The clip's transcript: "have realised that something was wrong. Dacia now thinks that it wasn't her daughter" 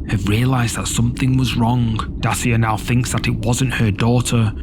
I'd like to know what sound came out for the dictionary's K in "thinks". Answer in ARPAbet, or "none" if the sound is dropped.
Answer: K